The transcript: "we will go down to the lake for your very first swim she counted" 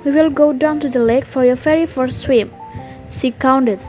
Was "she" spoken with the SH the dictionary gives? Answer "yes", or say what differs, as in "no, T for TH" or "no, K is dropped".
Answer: no, S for SH